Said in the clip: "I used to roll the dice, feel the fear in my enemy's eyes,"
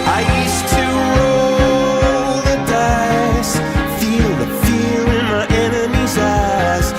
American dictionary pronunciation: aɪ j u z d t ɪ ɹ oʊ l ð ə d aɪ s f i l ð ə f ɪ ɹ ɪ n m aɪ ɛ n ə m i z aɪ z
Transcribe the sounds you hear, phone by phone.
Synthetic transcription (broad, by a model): aɪ j u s t ɪ ɹ oʊ l ð ə d aɪ s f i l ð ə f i l ɪ n m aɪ ɛ n ə m i z aɪ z